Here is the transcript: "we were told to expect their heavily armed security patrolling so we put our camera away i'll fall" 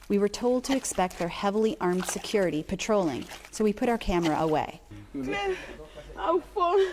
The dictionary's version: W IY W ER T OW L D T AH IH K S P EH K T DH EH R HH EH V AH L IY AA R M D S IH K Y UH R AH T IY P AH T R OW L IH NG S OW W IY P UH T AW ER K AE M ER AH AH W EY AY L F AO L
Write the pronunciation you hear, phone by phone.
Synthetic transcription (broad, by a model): W IY W ER T OW L D T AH IH K S P EH K T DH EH R HH EH V L IY AA R M D S IH K Y UH R AH T IY P AH T R OW L IH NG S OW W IY P UH T AW ER K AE M ER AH AH W EY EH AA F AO